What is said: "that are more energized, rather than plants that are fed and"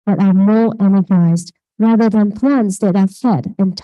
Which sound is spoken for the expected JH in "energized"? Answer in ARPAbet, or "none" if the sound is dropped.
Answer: JH